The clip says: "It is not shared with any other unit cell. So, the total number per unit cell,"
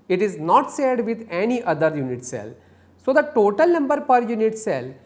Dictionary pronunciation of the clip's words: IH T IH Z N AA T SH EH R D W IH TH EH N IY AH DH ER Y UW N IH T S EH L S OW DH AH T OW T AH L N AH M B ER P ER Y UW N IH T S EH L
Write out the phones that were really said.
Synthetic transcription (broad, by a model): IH T IH Z N AA T S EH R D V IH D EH N IY AH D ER Y UW N IH T S EH L S OW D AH T OW T AH L N AH M B ER P ER Y UW N IH T S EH L